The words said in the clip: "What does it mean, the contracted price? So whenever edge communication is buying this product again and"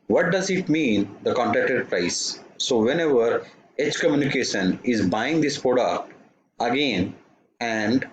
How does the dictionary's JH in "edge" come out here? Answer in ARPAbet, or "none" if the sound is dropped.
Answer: CH